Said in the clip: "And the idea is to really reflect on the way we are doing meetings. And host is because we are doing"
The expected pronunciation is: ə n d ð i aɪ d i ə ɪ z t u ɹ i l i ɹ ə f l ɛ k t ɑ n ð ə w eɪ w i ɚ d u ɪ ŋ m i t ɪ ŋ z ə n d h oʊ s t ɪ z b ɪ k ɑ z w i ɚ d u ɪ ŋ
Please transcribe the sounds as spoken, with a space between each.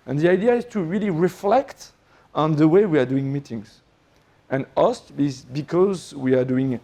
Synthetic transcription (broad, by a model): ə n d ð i aɪ d i ə ɪ z t u ɹ i l i ɹ ə f l ɛ k t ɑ n ð ə w eɪ w i ɚ d u ɪ ŋ m i t ɪ ŋ z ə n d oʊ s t ɪ z b ɪ k ɑ z w i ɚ d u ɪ ŋ